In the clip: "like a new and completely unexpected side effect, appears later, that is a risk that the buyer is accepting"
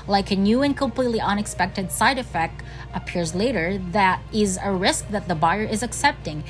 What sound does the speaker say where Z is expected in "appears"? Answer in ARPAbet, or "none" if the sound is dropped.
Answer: Z